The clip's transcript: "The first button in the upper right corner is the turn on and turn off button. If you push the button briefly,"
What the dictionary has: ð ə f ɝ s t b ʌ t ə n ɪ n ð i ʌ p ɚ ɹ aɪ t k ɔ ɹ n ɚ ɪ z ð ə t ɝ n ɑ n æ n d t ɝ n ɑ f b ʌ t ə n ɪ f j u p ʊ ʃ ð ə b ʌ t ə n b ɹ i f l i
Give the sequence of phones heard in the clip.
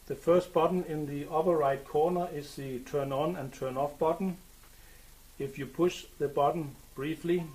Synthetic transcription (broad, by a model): ð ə f ɝ s t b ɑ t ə n ɪ n ð i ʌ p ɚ ɹ aɪ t k ɔ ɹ n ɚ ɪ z ð ə t ɝ n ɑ n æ n t ɝ n ɑ f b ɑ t n ɪ f j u p ʊ ʃ ð ə b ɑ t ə n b ɹ i f l i